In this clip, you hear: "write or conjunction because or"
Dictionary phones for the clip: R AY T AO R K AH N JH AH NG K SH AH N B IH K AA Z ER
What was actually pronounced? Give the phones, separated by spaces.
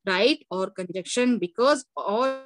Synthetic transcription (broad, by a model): R AY T AO R K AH N JH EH K SH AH N B IH K AA Z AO